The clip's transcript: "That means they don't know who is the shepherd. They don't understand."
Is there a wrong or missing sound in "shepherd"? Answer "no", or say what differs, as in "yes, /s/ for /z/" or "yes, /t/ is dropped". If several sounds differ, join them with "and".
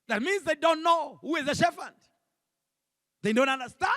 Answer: yes, /f/ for /p/